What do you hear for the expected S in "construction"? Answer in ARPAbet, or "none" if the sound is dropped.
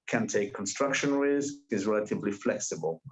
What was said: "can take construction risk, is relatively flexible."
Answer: S